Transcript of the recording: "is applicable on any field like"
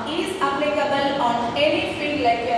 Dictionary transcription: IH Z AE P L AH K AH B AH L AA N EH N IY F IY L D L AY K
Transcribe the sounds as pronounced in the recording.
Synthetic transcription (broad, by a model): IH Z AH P L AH K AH B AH L AA N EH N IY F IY D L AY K